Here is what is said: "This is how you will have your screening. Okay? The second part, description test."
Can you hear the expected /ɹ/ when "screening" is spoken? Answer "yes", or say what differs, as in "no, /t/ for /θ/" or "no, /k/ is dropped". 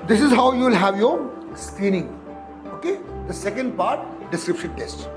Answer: yes